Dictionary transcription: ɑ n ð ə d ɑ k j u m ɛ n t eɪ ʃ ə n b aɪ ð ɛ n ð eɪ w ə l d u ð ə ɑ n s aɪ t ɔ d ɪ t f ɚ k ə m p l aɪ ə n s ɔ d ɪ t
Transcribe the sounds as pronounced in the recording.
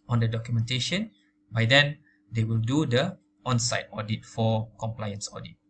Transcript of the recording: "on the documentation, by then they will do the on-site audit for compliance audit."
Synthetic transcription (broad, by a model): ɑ n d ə d ɑ k j u m ɛ n t eɪ ʃ ə n b aɪ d ɛ n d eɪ w ə l d u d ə ɑ n s aɪ t ɔ d ɪ t f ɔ k ə m p l aɪ ə n s ɔ d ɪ t